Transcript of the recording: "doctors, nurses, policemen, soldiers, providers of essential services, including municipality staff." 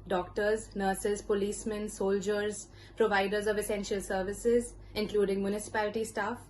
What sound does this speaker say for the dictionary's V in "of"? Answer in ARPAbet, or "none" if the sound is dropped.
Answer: V